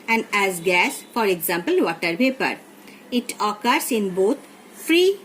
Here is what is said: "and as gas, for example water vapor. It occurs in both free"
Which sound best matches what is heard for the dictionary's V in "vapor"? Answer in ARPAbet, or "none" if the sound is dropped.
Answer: B